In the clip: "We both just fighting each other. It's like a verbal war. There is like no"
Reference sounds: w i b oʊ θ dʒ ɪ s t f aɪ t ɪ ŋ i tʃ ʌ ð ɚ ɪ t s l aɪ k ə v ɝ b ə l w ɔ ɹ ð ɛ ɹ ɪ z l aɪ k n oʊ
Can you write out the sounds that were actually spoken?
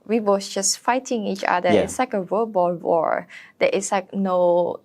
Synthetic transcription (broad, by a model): w i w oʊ s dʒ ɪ s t f aɪ t ɪ ŋ i tʃ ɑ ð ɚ ɪ t s l aɪ k ə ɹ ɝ b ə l w ɔ ɹ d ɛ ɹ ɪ s l aɪ k n oʊ